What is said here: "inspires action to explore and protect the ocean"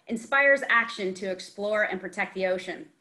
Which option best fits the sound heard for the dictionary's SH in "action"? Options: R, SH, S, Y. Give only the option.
SH